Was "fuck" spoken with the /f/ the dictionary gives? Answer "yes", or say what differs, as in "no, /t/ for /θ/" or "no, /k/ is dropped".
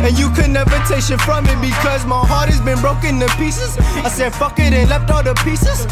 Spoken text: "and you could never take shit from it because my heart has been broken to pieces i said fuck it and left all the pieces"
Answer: yes